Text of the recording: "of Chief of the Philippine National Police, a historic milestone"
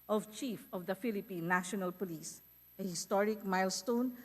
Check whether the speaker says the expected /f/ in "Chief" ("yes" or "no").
yes